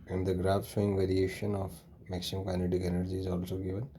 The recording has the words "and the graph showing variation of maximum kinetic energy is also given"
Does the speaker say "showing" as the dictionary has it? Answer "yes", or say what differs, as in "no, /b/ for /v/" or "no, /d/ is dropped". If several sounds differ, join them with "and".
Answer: no, /s/ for /ʃ/